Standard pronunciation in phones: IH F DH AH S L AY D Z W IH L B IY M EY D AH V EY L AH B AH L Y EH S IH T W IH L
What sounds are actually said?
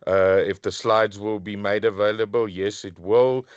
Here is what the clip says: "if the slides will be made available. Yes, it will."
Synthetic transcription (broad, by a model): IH F DH AH S L AY D Z W IH L B IY M EY D AH V EY L AH B AH L Y EH S IH T W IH L